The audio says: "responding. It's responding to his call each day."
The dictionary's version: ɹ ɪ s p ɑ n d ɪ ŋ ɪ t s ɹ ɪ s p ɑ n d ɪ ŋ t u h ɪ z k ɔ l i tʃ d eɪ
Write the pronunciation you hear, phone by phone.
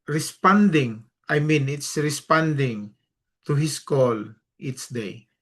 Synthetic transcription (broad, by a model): ɹ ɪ s p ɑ n d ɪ ŋ ɪ t s ɹ ɪ s p ɑ n d ɪ ŋ t u h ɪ s k ɔ l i s d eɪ